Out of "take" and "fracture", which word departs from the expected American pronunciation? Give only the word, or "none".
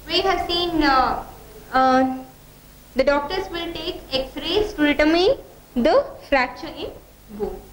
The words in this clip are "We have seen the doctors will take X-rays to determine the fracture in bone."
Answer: none